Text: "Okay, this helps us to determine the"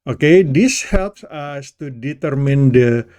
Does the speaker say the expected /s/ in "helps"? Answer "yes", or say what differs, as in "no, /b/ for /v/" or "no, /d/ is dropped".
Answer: yes